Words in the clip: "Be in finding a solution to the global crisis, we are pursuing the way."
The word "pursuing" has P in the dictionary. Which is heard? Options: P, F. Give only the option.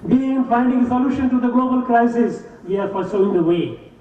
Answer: F